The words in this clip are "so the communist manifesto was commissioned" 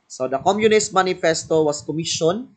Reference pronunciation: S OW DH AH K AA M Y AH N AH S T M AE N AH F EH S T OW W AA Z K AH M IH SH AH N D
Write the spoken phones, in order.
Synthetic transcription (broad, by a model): S OW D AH K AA M Y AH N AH S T M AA N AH F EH S T OW W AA S K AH M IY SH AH N